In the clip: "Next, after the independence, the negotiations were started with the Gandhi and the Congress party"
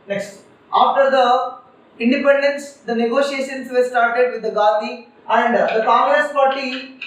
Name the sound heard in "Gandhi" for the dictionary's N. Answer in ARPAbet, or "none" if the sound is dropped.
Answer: none